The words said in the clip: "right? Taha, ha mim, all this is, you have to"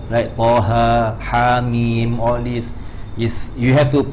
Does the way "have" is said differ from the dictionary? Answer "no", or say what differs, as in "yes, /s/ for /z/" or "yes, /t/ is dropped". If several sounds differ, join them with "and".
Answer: yes, /f/ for /v/